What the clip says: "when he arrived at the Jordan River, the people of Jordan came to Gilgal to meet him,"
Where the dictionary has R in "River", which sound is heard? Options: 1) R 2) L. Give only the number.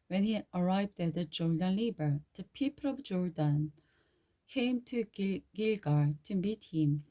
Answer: 2